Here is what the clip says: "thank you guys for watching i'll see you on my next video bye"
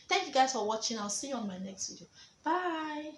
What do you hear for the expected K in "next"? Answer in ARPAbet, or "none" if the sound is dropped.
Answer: K